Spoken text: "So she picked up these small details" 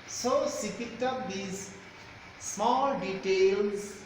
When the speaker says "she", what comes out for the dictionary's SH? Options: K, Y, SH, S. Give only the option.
S